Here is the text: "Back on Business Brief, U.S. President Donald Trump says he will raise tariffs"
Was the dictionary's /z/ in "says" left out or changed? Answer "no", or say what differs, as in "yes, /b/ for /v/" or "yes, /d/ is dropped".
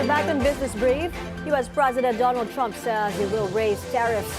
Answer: yes, /z/ is dropped